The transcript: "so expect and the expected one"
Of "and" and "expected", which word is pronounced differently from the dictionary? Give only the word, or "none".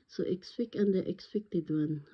expected